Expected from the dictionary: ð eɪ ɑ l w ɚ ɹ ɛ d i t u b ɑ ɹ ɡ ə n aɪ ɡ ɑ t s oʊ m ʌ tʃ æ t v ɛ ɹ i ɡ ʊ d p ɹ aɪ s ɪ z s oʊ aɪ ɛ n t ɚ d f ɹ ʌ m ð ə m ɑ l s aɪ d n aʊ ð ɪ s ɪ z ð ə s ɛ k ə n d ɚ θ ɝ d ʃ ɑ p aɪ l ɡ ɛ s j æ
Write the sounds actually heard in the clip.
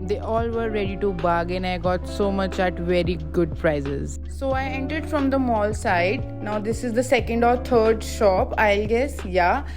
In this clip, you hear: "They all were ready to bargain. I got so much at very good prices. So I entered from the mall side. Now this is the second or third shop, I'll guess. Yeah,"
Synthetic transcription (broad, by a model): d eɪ ɑ l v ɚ ɹ ɛ d i t u b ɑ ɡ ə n aɪ ɡ ɑ t s oʊ m ʌ tʃ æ t v ɛ ɹ i ɡ ʊ d p ɹ aɪ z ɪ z s oʊ aɪ ɛ n t ɚ d f ɹ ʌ m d ə m ɑ l s aɪ d n aʊ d ɪ s ɪ z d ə s ɛ k ə n d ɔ t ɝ d ʃ ɑ p aɪ l ɡ ɛ s j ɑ